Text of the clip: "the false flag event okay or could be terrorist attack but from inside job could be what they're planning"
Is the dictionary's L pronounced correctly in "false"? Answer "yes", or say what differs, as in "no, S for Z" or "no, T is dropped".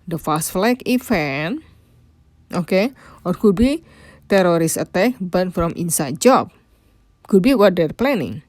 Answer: no, L is dropped